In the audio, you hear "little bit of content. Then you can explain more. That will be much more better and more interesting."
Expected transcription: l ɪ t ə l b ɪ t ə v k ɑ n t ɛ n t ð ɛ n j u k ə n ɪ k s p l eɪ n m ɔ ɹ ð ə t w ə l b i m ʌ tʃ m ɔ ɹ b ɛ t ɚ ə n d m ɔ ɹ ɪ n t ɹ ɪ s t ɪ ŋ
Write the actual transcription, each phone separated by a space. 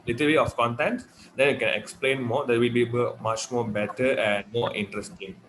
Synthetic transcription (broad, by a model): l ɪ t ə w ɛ ə f k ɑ n t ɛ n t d ɛ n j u k ə n ɪ k s p l eɪ n m ɔ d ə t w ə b b i m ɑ tʃ m ɔ b ɛ t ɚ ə n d m ɔ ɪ n t ɹ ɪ s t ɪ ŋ